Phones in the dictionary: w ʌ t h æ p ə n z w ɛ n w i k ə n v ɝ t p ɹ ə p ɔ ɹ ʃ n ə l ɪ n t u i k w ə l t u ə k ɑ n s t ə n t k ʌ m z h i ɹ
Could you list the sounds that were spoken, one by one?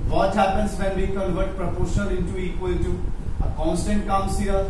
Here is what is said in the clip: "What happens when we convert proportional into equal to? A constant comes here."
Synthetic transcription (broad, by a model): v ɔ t h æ p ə n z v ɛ n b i k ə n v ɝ t p ɹ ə p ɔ ɹ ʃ ə n ɪ n t u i k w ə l t u ə k ɑ n s t ə n t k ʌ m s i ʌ